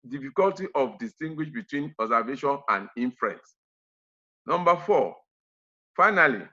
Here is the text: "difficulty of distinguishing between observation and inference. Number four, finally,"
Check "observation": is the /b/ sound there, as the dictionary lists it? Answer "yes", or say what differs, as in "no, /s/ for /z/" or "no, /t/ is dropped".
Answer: no, /b/ is dropped